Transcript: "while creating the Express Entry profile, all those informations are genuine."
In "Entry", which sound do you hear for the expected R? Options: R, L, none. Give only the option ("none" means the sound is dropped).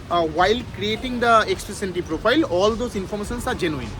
none